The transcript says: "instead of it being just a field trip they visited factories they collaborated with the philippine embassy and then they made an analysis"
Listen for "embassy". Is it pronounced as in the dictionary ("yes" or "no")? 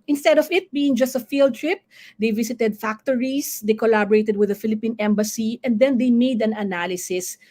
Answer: yes